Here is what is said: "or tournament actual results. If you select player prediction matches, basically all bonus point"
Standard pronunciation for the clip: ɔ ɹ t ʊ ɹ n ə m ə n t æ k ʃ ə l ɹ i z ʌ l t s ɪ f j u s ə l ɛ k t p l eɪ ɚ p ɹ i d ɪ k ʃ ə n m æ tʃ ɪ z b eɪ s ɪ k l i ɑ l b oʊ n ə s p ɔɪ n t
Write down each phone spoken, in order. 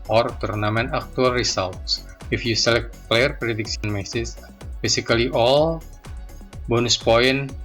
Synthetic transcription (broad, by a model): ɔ ɹ t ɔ ɹ n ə m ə n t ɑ k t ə l ɹ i s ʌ l t s ɪ f j u s ə l ɛ k t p l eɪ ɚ p ɹ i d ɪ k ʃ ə n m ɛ s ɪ s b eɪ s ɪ k l i ɑ l b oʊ n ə s p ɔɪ n